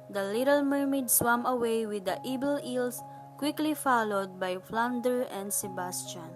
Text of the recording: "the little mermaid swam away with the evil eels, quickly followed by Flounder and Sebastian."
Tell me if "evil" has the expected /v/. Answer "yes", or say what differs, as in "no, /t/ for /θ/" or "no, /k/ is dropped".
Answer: no, /b/ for /v/